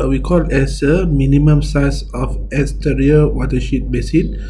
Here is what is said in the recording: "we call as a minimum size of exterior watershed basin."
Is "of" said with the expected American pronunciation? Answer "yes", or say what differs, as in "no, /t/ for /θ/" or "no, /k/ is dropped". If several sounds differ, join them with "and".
no, /f/ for /v/